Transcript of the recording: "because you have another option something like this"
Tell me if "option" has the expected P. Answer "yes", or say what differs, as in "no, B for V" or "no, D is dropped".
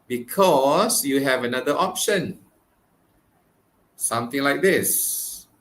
yes